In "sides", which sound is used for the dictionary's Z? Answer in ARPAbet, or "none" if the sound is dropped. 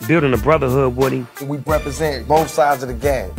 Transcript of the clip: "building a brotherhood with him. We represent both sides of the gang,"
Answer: Z